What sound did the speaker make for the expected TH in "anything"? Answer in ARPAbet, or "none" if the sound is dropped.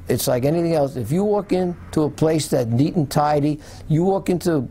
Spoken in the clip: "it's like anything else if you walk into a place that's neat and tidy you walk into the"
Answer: TH